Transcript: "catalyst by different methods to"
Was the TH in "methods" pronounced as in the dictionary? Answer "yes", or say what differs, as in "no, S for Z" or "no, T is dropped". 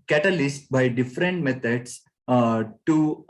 no, T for TH